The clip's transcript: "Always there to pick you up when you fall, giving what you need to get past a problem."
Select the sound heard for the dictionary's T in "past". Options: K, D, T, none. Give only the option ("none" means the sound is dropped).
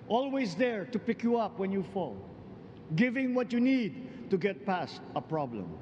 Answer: T